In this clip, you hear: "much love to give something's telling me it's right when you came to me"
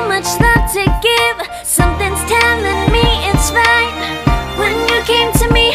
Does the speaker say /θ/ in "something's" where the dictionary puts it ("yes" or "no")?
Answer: yes